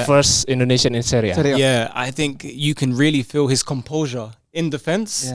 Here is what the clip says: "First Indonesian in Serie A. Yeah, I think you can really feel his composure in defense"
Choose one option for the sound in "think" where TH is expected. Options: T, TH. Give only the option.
TH